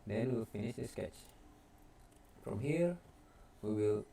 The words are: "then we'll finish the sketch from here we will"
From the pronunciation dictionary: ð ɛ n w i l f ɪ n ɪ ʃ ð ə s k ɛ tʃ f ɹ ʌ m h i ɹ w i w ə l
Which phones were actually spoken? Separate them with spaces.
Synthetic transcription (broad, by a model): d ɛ n w i l f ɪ n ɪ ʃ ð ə s k ɛ tʃ f ɹ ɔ m h i ɹ w i w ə l